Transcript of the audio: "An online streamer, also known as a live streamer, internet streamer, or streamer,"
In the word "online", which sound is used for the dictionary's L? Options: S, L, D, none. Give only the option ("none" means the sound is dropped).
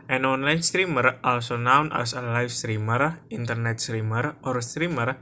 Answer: L